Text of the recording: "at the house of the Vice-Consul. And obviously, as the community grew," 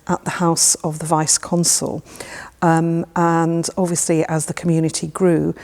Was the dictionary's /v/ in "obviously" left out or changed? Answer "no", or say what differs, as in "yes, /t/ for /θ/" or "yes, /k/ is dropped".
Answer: no